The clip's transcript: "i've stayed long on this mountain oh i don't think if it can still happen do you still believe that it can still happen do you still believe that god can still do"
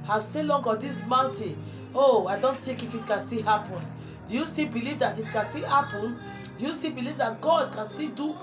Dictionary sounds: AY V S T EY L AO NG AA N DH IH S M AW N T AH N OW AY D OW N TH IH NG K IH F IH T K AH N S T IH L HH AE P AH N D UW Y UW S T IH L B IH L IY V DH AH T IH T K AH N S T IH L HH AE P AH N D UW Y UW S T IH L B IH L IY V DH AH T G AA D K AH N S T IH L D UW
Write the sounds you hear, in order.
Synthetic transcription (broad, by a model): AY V S T EY L AO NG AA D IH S M AW N T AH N OW AY D OW N T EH K IH F IH T K AH N S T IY HH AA P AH N D UW Y UW S T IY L B IH L IY V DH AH T IH T K AH N S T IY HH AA P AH N D UW Y UW S T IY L B IH L IY V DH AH T G AA D K AH N S T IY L D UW